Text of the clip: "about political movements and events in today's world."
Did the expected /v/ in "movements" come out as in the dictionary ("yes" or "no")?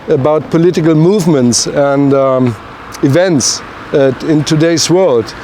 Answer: yes